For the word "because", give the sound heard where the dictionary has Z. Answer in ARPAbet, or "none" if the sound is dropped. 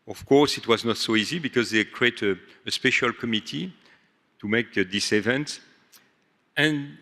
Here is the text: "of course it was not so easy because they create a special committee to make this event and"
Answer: Z